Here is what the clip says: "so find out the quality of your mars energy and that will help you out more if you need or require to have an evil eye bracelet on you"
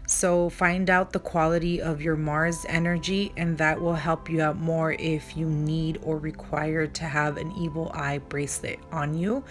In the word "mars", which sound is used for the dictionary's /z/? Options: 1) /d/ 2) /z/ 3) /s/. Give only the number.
2